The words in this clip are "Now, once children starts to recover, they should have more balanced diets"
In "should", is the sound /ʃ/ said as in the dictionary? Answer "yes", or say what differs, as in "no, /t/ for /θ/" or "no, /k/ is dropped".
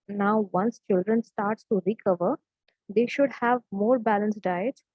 yes